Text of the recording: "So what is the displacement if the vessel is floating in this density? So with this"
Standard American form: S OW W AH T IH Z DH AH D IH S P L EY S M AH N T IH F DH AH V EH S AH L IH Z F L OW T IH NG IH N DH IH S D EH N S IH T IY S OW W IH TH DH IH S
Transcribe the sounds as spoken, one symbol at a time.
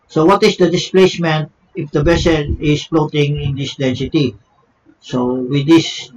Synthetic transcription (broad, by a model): S OW W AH T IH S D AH D IH S P L EY S M AH N T IH F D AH B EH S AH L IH S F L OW T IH NG IH N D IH S D EH N S IH T IY S OW W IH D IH S